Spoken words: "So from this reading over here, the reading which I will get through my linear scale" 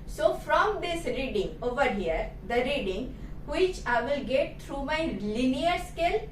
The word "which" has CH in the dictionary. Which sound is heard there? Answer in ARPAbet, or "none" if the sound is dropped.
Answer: CH